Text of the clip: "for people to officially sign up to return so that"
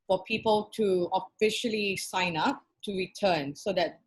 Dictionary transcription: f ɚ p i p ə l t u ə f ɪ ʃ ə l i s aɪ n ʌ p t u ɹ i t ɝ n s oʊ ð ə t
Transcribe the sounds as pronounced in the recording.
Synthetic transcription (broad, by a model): f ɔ p i p ə l t u ə f ɪ ʃ ə l i s aɪ n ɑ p t u ɹ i t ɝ n s oʊ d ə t